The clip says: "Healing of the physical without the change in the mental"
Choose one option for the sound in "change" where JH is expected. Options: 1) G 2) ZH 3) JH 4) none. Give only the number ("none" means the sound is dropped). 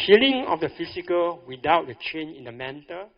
4